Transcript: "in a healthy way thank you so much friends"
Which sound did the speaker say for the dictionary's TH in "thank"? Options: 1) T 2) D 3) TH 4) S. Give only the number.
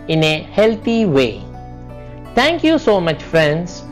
1